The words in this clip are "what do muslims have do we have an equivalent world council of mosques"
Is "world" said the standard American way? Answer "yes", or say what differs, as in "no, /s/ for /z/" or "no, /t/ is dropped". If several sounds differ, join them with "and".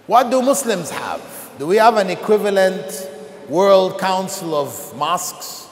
yes